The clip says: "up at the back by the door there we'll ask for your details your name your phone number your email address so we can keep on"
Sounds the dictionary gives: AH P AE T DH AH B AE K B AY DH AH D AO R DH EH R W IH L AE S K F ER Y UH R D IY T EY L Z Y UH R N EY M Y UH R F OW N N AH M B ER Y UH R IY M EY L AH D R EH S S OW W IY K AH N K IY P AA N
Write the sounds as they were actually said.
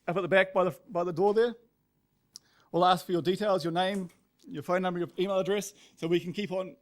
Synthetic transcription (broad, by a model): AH P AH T DH AH B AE K B AY DH AH D AO R DH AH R W IH L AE S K F ER Y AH R D IY T EY L Z Y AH R N EY M Y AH R F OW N N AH M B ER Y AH IY M EY L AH D R EH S S OW W IY K AH N K IY P N